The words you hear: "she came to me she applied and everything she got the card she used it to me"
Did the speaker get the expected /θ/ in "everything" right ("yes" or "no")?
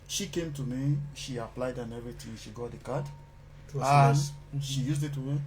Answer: no